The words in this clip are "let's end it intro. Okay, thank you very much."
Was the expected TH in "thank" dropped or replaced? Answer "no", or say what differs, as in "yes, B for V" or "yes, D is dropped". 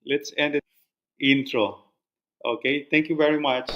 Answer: yes, T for TH